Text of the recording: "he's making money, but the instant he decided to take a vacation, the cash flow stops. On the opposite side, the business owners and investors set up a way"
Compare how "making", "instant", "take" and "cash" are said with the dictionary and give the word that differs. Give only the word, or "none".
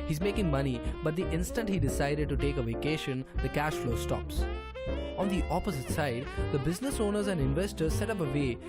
none